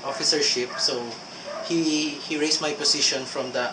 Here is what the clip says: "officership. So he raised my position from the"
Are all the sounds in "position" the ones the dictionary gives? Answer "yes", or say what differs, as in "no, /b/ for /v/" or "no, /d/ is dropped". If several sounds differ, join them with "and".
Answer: no, /s/ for /z/